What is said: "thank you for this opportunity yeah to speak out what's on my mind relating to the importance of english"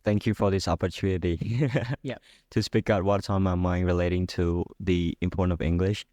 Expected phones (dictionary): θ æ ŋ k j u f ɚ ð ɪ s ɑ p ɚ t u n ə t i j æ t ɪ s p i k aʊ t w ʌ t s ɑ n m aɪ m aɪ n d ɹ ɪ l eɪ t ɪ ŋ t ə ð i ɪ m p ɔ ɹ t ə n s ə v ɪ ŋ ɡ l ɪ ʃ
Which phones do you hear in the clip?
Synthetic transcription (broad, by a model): θ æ ŋ k j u f ɚ ð ɪ s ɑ p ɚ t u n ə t i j t ɪ s p i k aʊ t w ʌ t ɑ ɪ m aɪ m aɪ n ɹ ɪ l eɪ t ɪ ŋ t ə ð i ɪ m p ɔ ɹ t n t ə v ɪ ŋ ɡ l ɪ ʃ